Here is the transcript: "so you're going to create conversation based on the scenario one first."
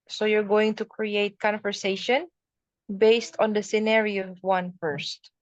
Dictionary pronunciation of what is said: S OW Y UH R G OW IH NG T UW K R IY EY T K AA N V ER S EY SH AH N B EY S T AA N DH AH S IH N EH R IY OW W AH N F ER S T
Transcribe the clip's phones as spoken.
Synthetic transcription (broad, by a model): S OW Y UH R G OW IH NG T UW K R IY EY T K AA N V ER S EY SH AH N B EY S T AA N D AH S IH N EH R IY OW W AH N F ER S T